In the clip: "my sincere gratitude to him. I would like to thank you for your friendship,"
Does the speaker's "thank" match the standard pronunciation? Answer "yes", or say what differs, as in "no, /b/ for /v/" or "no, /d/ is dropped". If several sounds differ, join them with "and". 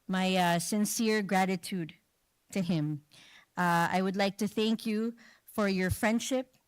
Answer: yes